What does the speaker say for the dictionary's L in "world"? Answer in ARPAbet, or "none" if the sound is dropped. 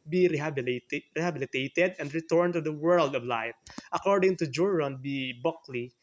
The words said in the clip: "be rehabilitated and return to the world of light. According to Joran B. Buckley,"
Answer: L